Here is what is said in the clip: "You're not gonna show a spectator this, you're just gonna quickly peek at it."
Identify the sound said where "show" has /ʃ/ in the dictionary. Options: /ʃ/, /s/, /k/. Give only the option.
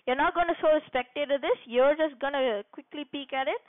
/s/